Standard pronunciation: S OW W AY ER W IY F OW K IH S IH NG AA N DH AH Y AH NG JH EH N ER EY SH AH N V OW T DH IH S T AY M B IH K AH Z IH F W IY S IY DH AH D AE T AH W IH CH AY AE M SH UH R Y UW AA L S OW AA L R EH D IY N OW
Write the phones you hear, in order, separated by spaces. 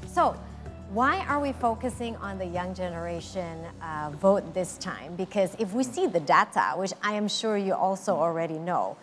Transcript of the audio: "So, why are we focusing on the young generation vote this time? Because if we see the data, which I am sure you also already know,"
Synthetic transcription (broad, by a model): S OW W AY ER W IY F OW K IH S IH NG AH N DH AH Y AH NG JH EH N ER EY SH AH N V OW T DH IH S T AY M B IH K AH Z IH F W IY S IY DH AH D AE T AH W IH CH AY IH M SH UH R Y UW AA L S OW AA L R EH D IY N OW